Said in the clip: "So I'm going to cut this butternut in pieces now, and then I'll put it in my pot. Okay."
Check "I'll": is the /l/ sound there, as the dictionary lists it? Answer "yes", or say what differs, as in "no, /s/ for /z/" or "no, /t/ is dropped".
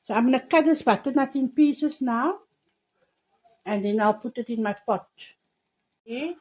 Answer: yes